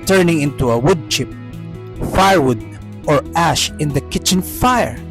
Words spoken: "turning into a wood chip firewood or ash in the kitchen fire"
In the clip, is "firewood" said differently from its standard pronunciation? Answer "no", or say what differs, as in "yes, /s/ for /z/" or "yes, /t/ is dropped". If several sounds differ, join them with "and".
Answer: no